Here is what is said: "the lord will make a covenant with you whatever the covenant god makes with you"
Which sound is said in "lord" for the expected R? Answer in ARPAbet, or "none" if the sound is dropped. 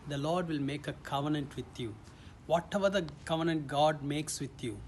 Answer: R